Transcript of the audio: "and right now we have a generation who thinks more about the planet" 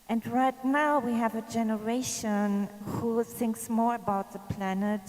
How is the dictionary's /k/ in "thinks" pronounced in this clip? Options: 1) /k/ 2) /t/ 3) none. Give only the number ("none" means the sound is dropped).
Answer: 1